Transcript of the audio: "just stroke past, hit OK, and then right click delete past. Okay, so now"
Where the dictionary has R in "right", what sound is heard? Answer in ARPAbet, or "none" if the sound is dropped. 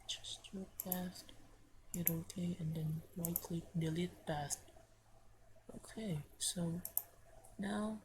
L